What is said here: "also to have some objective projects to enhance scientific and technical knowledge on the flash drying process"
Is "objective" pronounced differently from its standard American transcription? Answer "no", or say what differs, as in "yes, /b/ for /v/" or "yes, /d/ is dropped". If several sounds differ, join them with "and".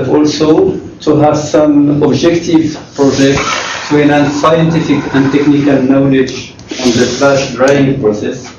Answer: no